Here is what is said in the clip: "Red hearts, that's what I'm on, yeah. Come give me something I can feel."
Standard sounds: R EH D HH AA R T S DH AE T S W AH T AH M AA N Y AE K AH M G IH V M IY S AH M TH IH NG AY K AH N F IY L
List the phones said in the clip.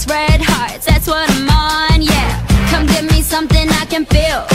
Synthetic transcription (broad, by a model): R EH D HH AA R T DH AE T S W AH T AH M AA N Y AE K AH M G IH V M IY S AH M TH IH NG AY K AH N F IY L